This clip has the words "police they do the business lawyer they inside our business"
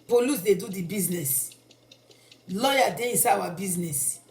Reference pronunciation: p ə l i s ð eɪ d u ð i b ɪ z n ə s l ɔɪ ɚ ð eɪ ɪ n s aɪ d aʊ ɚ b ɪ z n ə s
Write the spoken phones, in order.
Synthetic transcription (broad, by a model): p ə l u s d eɪ d u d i b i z n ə s l ɔɪ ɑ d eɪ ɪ n s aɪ aʊ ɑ b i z n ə s